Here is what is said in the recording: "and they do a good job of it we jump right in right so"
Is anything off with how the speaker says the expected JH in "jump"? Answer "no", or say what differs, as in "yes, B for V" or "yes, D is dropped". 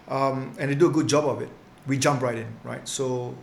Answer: no